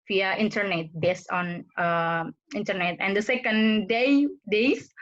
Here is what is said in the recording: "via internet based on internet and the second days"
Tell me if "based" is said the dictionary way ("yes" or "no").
no